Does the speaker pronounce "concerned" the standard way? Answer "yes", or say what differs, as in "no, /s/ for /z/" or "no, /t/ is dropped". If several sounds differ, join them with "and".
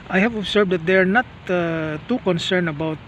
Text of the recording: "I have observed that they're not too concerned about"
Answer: no, /d/ is dropped